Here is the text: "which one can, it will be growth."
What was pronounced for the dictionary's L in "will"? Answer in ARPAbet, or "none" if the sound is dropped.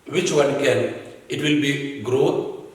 L